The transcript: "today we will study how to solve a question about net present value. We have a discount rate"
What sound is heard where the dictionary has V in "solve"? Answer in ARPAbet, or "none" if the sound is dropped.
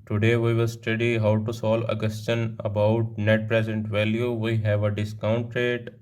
none